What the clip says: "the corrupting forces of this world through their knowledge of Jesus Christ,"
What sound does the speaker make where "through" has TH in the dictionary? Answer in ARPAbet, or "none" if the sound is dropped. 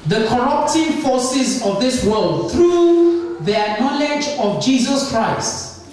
T